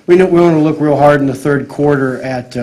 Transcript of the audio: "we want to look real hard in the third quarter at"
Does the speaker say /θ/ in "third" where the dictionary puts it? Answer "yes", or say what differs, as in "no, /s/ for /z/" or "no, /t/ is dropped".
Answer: yes